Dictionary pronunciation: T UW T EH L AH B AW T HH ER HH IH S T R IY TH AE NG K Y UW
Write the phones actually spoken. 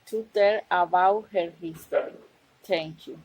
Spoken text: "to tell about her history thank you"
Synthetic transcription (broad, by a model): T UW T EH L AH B AW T HH ER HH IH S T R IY T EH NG K Y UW